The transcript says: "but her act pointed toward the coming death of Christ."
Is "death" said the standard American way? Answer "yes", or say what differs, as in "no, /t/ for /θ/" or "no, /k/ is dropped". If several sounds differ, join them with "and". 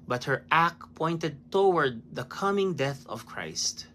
yes